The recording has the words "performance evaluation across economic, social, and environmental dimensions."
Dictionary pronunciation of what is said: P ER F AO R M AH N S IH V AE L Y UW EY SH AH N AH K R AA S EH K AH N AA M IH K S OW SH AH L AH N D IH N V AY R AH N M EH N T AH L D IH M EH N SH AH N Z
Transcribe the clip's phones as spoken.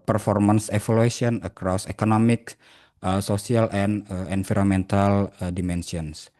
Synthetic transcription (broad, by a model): P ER F AO R M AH N S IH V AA L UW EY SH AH N AH K R AA S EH K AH N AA M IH K S OW S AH L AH N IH N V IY R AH M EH N T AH L D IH M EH N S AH N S